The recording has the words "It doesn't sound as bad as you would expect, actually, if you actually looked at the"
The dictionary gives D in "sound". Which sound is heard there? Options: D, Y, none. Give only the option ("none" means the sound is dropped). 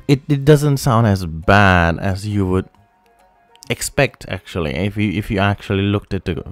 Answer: D